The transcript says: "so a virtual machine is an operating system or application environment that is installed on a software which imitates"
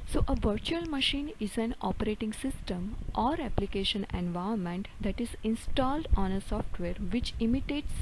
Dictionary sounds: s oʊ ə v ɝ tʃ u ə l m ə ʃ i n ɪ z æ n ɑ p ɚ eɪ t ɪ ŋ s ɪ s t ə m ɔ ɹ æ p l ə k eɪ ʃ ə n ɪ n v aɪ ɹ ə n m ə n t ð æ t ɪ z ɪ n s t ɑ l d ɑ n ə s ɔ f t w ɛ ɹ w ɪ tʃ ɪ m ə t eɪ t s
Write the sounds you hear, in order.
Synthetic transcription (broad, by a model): s oʊ ə v ɝ tʃ u ə l m ə ʃ i n ɪ z æ n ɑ p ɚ eɪ t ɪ ŋ s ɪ s t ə m ɔ ɹ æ p l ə k eɪ ʃ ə n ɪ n v aɪ ə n m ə n t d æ t ɪ z ɪ n s t ɑ l d ɑ n ə s ɔ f t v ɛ ɹ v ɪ tʃ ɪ m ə t eɪ t s